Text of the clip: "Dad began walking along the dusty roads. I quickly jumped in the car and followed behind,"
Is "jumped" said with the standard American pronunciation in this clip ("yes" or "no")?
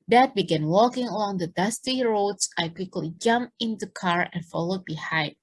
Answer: no